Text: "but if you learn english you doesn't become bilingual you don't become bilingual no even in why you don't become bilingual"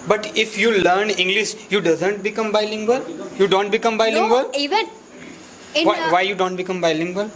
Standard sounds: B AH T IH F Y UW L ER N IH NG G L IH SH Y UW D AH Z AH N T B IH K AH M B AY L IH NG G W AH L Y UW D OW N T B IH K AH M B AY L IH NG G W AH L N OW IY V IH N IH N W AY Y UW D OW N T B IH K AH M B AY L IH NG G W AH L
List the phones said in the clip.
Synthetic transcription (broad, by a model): B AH T IH F Y UW L ER N IH NG G L IH SH Y UW D AH Z AH N T B IH K AH M B AY L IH NG G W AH L Y UW D OW N T B IH K AH M B AY L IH NG G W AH L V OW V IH IH Y UW D OW N T B IH K AH M B AY L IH NG G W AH L